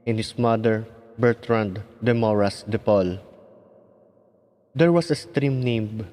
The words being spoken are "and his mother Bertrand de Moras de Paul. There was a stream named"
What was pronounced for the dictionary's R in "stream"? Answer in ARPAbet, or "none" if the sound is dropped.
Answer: R